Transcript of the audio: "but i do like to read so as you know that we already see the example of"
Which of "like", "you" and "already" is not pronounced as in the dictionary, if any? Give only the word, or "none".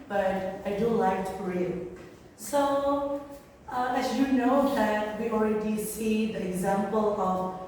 none